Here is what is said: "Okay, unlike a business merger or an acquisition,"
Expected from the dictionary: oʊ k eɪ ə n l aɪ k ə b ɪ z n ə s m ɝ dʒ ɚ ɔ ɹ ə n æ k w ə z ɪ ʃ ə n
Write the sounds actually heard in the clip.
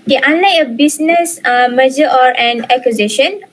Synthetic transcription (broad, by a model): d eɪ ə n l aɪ ə b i s n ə s m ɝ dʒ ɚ ɔ ɹ ə n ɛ k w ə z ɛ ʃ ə n